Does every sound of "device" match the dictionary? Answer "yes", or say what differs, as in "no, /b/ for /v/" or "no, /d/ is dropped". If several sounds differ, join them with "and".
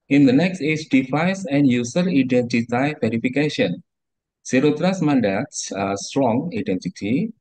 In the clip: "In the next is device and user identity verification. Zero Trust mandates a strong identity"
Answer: no, /f/ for /v/